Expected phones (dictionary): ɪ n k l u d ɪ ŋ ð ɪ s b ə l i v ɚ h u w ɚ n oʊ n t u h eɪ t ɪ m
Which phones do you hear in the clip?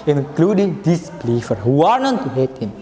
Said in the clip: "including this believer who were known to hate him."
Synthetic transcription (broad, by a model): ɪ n k l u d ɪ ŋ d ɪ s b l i f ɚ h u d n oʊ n t u h eɪ t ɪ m